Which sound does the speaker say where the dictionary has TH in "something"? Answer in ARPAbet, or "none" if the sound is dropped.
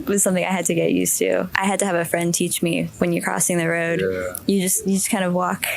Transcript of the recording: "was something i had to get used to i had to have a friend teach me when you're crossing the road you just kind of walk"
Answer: TH